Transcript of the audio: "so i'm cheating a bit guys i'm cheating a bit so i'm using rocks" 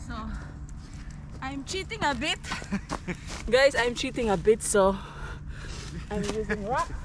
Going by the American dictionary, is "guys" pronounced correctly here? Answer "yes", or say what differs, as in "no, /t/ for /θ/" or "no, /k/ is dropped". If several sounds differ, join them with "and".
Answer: no, /s/ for /z/